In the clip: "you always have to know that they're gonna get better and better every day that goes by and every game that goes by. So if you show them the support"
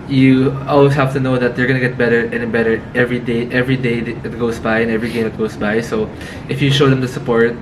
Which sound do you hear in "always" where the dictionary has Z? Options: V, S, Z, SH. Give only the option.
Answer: S